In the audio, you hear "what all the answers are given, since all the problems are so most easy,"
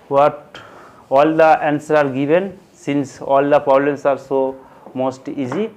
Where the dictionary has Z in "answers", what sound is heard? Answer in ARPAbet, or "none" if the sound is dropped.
none